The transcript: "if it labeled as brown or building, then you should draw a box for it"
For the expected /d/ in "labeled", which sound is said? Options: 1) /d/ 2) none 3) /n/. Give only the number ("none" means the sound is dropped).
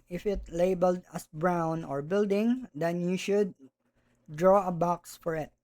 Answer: 1